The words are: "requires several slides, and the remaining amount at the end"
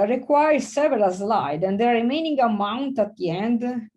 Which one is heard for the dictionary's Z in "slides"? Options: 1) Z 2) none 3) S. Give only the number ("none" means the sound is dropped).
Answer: 2